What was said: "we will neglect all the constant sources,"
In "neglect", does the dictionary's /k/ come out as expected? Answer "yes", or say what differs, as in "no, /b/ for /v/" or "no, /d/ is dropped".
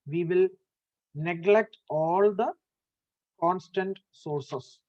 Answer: yes